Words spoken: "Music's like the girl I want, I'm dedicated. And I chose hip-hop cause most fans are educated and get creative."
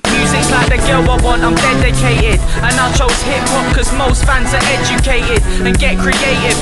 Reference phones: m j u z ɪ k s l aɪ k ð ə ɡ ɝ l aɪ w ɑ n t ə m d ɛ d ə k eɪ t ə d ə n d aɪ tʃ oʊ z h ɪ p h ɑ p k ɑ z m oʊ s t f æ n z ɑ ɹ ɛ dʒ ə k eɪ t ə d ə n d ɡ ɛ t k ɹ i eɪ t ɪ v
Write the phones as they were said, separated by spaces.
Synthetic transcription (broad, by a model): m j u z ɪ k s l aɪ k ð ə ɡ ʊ w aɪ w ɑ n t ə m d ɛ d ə k eɪ t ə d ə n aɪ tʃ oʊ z h ɪ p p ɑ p k ɑ z m oʊ s t f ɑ n z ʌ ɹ ɛ dʒ ə k eɪ t ə d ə n ɡ ɛ t k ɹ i eɪ t ɪ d